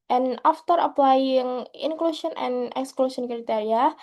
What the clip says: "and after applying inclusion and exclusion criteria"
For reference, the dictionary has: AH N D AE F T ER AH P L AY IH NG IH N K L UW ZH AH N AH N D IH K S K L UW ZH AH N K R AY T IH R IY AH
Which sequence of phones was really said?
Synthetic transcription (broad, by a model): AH N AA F T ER AH P L AY IH NG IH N K L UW SH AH N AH N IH K S K L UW SH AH N K R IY T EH R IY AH